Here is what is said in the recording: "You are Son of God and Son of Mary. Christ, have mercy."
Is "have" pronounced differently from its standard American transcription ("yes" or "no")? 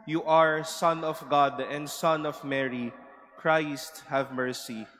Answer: no